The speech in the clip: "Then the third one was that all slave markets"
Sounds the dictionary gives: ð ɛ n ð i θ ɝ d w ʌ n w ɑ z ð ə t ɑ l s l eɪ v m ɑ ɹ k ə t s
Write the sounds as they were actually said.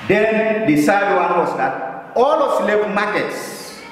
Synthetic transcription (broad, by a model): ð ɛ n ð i s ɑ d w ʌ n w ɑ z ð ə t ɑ l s l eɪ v m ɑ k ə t s